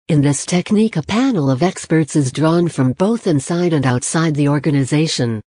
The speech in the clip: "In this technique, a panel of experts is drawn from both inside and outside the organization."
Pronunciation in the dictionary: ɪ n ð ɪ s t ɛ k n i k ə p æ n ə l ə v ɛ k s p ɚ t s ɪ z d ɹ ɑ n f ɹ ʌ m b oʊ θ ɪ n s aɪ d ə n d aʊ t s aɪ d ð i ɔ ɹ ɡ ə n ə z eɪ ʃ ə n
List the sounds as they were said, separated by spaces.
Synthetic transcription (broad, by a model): ɪ n ð ɪ s t ɛ k n i k ə p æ n l ə v ɛ k s p ɚ t s ɪ z d ɹ ɑ n f ɹ ʌ m b oʊ θ ɪ n s aɪ d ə n aʊ t s aɪ d ð i ɔ ɹ ɡ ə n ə z eɪ ʃ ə n